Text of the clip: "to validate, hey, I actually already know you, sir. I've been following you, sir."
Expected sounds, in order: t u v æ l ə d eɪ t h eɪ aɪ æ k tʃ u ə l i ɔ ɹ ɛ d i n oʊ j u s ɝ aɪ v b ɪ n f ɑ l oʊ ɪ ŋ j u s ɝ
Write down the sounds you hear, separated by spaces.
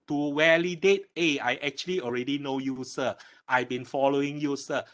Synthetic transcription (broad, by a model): t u w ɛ l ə d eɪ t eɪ aɪ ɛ k tʃ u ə l i ɔ ɹ ɛ d i n oʊ j u s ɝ aɪ b ɪ n f ɑ l oʊ ɪ ŋ j u s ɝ